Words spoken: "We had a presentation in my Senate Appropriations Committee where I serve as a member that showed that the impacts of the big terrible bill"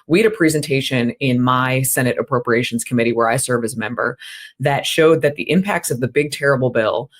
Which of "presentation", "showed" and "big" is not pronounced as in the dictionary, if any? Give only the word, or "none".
none